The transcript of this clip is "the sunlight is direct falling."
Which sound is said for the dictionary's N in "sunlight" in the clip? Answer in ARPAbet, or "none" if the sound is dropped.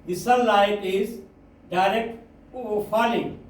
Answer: none